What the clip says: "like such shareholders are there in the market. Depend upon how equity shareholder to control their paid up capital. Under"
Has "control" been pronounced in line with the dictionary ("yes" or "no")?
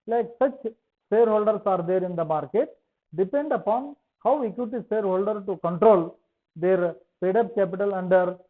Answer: yes